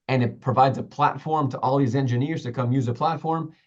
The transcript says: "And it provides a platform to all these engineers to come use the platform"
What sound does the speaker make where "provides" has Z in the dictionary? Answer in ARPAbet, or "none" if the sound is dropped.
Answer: Z